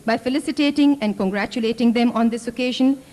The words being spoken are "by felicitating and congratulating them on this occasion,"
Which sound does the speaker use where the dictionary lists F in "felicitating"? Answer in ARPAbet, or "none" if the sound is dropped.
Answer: F